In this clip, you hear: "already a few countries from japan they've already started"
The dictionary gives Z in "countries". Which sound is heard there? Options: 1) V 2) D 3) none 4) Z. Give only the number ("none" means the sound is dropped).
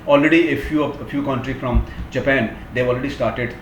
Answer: 3